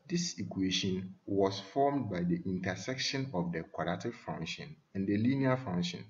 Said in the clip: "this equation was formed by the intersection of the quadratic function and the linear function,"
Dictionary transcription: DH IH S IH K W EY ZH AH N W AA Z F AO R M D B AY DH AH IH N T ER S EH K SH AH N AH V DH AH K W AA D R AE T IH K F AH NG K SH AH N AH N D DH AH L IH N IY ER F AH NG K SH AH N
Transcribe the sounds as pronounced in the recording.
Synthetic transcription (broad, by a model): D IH S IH K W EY SH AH N W AA S F AO M D B AY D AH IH N T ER S EH K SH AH N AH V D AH K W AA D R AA T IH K F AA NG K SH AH N AH N D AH L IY N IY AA F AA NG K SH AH N